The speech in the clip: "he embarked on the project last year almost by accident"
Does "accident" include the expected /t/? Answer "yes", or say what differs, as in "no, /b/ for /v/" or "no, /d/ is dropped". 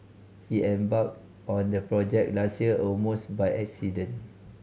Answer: no, /t/ is dropped